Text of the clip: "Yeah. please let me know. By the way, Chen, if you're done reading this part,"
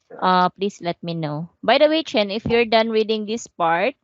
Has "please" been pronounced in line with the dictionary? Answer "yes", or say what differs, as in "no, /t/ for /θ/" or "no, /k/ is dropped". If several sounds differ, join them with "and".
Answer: no, /s/ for /z/